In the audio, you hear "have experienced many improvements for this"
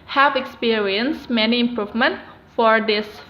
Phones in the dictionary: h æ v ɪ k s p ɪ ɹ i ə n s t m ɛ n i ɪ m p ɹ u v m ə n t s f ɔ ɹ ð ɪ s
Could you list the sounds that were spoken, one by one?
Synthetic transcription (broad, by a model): h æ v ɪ k s p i ɹ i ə n s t m ɛ n i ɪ m p ɹ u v m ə n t f ɔ ɹ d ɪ s